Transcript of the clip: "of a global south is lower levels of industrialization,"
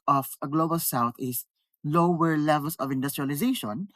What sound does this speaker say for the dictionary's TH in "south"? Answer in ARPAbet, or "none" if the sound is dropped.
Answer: T